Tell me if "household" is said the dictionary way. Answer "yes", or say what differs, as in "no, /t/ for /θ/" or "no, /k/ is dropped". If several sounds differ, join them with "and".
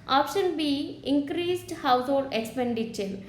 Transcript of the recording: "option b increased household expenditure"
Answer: no, /l/ is dropped